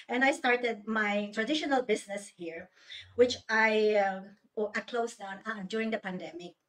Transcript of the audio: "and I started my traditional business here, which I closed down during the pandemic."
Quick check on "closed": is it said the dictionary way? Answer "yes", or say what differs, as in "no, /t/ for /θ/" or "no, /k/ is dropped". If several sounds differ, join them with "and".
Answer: no, /s/ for /z/